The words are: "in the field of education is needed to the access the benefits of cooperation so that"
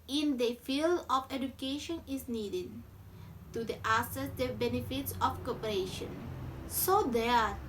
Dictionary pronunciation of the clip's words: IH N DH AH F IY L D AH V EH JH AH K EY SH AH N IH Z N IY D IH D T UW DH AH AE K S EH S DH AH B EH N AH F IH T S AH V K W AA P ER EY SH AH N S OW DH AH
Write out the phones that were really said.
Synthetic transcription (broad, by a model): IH N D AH F IY L D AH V EH JH AH K EY SH AH N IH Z N IY D IH D T UW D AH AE S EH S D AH B EH N AH F IH T S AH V K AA P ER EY SH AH N S OW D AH